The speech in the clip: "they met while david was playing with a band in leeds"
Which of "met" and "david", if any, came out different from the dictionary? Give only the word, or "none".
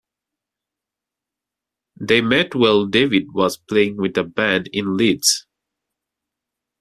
none